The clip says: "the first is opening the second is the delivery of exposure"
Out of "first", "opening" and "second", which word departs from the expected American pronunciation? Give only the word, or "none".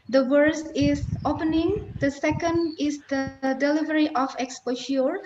first